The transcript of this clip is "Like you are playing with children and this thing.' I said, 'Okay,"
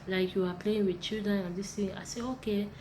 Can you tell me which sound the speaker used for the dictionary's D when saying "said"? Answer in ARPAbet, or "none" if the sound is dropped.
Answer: none